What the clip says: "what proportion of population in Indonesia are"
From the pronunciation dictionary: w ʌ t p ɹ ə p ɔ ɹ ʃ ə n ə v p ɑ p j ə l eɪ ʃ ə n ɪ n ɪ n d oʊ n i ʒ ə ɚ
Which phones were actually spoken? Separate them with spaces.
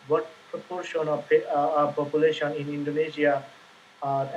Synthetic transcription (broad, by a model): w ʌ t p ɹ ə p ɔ ɹ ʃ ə n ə p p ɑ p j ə l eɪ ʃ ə n ɪ n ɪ n d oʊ n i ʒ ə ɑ